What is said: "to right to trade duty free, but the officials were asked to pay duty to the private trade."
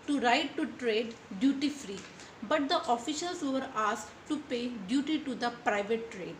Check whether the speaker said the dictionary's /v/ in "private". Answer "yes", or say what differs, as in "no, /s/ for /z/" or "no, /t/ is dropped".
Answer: yes